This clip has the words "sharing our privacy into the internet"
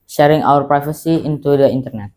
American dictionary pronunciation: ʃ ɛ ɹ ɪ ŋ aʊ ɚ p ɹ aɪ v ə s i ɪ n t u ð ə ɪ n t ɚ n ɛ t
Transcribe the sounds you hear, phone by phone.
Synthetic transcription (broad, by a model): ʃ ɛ ɹ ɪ ŋ aʊ ɚ p ɹ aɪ f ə s i ɪ n t u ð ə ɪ n t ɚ n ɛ t